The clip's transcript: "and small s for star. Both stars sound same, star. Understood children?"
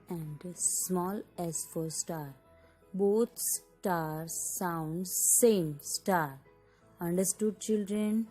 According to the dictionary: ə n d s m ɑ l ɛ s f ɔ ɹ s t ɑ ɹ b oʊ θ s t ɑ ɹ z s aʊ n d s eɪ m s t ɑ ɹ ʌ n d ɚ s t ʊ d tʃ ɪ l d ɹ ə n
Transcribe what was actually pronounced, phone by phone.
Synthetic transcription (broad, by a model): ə n d s m ɑ l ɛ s f ɔ ɹ s t ɑ ɹ b oʊ t s t ɑ ɹ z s aʊ n d s eɪ m s t ɑ ɹ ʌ n d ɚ s t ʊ d tʃ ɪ l d ɹ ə n